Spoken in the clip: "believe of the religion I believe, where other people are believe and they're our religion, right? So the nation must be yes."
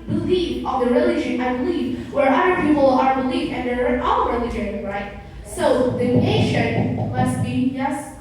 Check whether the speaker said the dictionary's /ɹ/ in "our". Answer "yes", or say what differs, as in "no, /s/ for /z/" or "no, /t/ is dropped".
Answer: no, /l/ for /ɹ/